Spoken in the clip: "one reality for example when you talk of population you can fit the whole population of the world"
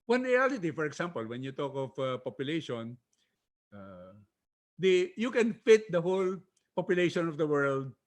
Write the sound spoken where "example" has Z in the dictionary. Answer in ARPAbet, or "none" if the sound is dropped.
S